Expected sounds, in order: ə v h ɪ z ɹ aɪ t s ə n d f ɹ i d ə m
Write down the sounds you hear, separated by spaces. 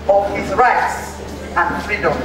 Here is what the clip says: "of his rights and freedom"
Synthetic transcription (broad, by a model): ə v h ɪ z ɹ aɪ t s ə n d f ɹ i d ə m